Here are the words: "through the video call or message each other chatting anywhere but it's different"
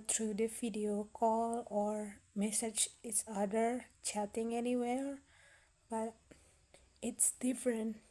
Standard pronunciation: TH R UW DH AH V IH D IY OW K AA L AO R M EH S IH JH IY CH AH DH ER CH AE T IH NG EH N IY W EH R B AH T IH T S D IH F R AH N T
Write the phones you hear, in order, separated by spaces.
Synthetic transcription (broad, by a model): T R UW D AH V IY D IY OW K AA L AO R M EH S IH JH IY S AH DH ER CH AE T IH NG EH N IY W EH R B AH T IH T S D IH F R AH N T